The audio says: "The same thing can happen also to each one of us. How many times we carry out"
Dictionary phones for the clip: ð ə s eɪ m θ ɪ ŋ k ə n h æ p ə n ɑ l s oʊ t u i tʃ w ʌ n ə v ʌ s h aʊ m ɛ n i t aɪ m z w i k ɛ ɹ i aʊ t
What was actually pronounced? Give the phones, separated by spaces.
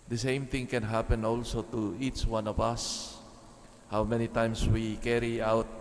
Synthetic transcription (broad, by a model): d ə s eɪ m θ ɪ ŋ k ə n h æ p ə n ɑ l s oʊ t u i tʃ w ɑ n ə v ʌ s h aʊ m ɛ n i t aɪ m s w i k ɛ ɹ i aʊ t